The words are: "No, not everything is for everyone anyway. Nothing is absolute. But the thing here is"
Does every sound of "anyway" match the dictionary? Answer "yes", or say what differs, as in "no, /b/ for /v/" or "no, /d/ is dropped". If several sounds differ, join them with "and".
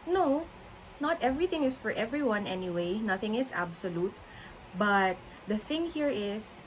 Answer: yes